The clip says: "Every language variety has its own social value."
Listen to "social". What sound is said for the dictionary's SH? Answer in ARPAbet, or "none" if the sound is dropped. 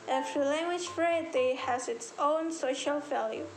SH